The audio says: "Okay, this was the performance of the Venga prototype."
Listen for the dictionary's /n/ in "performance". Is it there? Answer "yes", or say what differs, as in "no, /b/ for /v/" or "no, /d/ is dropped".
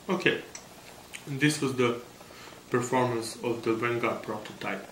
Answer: yes